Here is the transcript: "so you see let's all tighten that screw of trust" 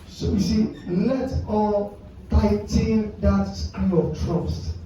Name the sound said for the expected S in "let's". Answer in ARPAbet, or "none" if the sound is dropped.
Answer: none